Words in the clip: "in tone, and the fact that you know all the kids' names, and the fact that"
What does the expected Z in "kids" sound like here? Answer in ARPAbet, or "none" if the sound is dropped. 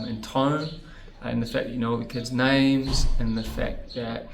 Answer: Z